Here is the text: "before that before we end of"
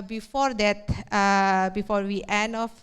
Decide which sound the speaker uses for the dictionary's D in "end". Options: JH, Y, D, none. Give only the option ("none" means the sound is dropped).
none